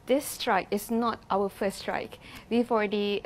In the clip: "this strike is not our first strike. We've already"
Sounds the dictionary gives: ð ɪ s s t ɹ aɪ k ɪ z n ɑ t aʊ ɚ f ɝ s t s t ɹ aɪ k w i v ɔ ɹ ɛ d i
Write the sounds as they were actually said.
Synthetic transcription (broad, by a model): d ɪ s s t ɹ aɪ k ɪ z n ɑ t aʊ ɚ f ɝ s s t ɹ aɪ k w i f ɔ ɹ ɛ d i